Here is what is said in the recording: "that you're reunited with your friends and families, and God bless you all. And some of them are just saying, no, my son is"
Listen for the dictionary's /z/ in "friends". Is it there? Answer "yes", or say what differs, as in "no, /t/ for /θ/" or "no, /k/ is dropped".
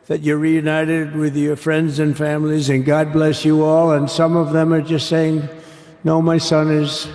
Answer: yes